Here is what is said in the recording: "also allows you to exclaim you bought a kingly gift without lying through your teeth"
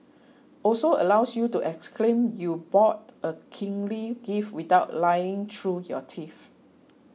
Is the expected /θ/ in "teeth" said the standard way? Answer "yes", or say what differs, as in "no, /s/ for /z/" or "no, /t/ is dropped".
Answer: no, /f/ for /θ/